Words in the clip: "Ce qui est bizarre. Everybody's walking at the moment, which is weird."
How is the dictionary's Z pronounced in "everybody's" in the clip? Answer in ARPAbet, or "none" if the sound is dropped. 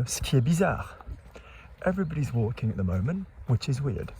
Z